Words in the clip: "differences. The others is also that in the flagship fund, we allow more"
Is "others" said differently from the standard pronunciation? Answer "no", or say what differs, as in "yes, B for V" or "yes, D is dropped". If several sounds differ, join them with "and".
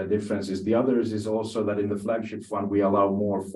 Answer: no